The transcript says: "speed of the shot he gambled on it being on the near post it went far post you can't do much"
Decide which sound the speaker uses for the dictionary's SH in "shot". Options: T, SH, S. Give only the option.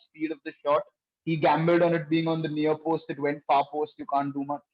SH